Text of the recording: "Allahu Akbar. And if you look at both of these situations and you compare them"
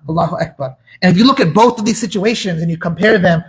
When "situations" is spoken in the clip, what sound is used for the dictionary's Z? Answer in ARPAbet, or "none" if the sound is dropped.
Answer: Z